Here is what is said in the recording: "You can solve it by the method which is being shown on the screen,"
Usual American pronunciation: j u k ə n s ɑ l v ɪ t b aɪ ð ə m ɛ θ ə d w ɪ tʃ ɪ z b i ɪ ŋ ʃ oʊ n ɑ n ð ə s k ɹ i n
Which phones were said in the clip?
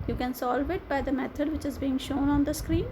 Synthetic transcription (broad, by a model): j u k ə n s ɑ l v ɪ t b aɪ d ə m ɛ t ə d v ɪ tʃ ɪ z b i ɪ ŋ ʃ oʊ n ɑ n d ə s k ɹ i n